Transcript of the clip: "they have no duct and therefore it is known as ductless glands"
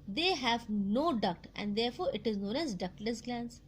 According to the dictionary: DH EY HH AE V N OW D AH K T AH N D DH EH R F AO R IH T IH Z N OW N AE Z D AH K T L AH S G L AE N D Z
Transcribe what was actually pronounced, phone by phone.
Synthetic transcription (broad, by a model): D EY HH AE V N OW D AH K T AH N D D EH R F AO R IH T IH Z N OW N AE Z D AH K L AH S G L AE N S